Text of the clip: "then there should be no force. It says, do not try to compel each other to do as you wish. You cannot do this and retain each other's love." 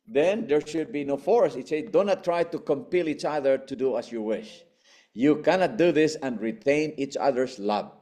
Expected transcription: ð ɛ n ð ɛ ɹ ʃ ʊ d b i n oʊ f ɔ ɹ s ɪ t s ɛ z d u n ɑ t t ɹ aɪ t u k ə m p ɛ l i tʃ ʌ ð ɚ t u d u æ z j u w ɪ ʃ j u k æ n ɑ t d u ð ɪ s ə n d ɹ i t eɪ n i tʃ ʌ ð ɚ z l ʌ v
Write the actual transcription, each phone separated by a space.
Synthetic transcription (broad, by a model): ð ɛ n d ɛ ɹ ʃ ʊ d b i n oʊ f ɔ ɹ s ɪ t s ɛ d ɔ n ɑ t t ɹ aɪ t u k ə m p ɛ l i tʃ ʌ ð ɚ t u d u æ s j u w ɪ ʃ j u k æ n ɑ t d u ð ɪ s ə n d ɹ i t eɪ n i tʃ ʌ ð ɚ s l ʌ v